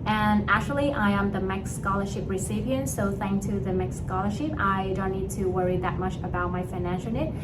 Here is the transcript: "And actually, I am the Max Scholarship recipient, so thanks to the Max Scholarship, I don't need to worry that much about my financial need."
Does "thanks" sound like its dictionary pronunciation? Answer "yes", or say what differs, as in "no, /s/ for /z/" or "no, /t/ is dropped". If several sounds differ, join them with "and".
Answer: no, /s/ is dropped